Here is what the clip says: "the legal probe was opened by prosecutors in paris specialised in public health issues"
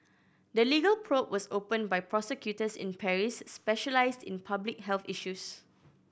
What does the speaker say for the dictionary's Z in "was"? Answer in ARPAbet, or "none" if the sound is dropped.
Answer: S